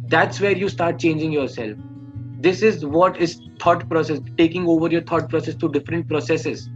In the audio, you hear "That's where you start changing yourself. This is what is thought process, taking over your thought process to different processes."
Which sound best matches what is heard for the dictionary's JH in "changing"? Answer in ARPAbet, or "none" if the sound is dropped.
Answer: JH